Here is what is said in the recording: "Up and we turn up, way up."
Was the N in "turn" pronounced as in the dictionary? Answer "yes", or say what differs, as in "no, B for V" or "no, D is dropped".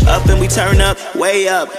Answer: yes